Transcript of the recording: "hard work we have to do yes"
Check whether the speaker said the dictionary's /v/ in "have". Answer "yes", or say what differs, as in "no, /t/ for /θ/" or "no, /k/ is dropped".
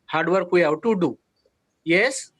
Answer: no, /w/ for /v/